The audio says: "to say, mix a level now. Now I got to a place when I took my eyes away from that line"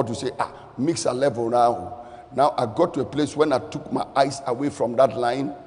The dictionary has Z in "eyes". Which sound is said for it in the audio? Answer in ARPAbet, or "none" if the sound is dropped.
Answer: S